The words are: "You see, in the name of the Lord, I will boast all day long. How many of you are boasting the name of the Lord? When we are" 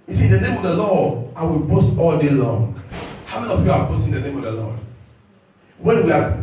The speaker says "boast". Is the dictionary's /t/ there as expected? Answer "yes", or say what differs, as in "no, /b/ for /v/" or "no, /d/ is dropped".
yes